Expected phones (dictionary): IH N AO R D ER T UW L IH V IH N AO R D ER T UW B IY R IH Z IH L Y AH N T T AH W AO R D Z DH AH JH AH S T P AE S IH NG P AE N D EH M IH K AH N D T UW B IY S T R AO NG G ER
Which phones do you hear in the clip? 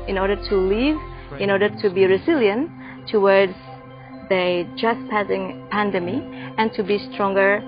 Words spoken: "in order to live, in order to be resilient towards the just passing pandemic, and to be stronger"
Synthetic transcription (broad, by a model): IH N AO R D ER T UW L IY V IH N AO R D ER T UW B IY R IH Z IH L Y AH N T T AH W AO R D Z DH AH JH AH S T P AE S IH NG P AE N D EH M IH AH N T UW B IY S T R AO NG G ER